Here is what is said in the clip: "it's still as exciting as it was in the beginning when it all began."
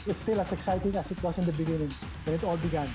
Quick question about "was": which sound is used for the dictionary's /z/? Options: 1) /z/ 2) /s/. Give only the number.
2